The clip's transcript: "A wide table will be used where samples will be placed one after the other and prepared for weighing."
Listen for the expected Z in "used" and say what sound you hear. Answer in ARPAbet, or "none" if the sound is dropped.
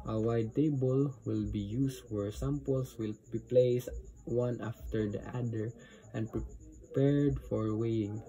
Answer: S